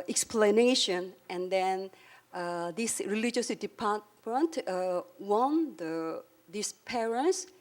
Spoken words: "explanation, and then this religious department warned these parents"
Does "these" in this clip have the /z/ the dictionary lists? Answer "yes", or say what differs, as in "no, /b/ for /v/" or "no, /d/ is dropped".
no, /s/ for /z/